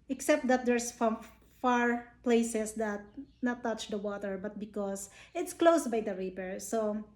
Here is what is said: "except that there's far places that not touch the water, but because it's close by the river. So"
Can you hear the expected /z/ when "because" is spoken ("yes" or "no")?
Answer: no